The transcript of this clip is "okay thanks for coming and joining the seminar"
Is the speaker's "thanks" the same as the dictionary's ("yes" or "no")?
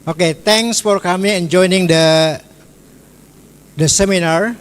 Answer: no